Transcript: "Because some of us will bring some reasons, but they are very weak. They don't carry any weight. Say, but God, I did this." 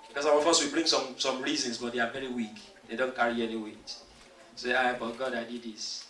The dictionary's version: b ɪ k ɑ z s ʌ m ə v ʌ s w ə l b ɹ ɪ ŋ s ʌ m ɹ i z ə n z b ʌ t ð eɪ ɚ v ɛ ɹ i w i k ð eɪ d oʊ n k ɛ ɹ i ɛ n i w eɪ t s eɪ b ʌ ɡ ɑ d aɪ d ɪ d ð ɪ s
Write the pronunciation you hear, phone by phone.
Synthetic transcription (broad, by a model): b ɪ k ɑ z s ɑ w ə f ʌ s w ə b ɹ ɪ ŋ s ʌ m ɹ i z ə n s b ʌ t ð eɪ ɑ v ɛ ɹ i w i k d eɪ d oʊ n k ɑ ɹ i ɛ n i w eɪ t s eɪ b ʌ ɡ ɑ d aɪ d ɪ d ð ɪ s